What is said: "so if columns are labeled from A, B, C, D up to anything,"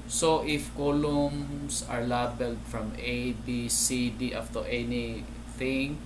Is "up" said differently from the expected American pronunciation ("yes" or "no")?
yes